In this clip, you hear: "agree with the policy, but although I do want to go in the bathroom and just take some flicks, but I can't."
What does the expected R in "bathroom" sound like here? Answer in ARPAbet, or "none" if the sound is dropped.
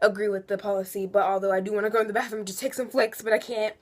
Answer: none